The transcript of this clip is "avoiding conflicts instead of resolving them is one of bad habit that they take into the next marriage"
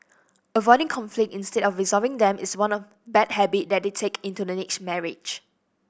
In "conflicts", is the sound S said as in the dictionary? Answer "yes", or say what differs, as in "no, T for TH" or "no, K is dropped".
no, S is dropped